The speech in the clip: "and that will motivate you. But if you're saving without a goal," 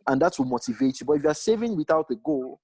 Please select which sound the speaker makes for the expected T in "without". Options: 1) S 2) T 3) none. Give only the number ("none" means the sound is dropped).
2